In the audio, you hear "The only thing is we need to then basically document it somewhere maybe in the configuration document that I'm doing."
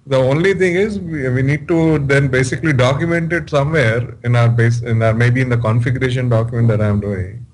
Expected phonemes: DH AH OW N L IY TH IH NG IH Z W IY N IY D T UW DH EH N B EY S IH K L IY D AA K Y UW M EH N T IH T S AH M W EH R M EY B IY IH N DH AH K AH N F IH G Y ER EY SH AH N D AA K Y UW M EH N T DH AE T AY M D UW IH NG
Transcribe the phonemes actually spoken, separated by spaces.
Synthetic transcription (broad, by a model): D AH OW N L IY T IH NG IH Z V IY N IY D T UW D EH N B EY S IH K L IY D AA K Y UW M EH N T IH T S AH M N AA R M EY B IY IH N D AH K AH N F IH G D EY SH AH N D AA K Y UW M EH N T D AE T AY M D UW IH NG